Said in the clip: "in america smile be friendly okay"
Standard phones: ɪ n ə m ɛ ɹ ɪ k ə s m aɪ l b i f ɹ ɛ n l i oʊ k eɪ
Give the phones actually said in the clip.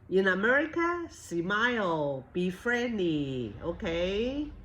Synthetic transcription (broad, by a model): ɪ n ə m ɛ ɹ ɪ k ə s m aɪ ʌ b i f ɹ ɛ n l i oʊ k eɪ